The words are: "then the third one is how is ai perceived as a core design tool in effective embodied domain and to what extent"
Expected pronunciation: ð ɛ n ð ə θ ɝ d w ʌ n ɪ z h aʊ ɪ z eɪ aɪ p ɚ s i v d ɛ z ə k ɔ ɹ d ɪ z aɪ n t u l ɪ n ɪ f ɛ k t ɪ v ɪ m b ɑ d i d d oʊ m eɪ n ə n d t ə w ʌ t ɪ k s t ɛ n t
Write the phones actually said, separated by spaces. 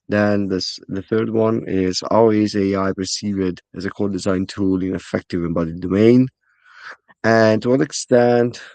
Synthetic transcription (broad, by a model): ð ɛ n ð ə θ ɝ d w ʌ n ɪ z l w ɪ z eɪ aɪ p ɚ s i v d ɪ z ə k ɔ l d ɪ z aɪ n t u l ɪ n ɪ f ɛ k t ɪ v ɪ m b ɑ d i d d oʊ m eɪ n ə n t ə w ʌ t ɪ k s t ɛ n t